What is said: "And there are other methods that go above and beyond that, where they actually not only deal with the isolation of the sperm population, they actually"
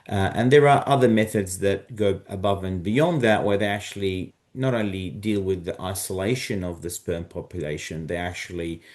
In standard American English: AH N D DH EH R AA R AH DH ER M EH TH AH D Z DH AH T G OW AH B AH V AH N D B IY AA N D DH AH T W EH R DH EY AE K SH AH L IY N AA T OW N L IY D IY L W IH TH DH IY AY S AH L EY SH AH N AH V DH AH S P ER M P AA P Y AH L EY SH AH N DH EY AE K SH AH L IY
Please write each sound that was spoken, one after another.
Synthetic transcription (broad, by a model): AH N DH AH R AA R AH DH ER M EH TH AH D Z DH AH T G OW AH B AH V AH N B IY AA N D DH AH T W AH R DH EY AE K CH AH L IY N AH T OW N L IY D IY L W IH DH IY AY S AH L EY SH AH N AH V DH AH S P ER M P AA P Y AH L EY SH AH N DH EY AE K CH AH L IY